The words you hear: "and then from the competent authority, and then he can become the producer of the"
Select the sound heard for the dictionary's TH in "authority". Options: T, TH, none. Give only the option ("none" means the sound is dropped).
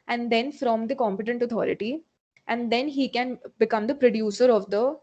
T